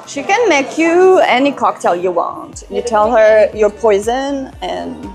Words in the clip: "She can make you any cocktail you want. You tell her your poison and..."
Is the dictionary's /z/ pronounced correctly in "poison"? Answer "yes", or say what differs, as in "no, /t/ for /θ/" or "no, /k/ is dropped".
yes